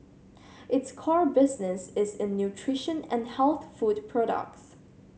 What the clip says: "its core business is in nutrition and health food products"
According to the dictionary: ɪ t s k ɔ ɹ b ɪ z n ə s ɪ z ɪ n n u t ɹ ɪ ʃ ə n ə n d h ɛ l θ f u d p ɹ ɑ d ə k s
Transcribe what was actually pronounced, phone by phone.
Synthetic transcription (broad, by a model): ɪ t s k ɔ ɹ b ɪ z n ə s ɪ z ɪ n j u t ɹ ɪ ʃ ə n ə n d h ɛ l θ f u d p ɹ ɑ d ə k s